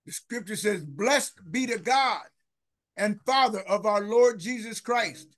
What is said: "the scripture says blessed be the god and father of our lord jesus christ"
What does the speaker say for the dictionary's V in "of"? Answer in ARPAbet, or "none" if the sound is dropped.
V